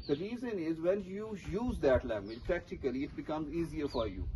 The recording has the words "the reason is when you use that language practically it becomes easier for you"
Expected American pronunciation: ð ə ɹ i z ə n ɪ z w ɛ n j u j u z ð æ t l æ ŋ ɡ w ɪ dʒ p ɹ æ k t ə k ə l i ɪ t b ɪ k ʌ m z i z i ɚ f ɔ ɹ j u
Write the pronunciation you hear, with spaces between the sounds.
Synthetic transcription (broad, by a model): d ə ɹ i z ə n ɪ z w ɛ n j u j u z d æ t l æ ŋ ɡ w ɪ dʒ p ɹ æ k t ə k ə l i ɪ t b ɪ k ʌ m z i z i ɚ f ɔ ɹ j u